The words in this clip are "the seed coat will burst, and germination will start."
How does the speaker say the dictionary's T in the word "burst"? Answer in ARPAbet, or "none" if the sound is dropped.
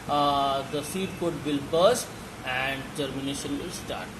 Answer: none